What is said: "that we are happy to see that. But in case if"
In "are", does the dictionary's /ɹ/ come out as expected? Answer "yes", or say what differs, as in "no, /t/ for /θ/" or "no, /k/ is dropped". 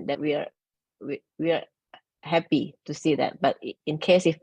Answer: no, /w/ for /ɹ/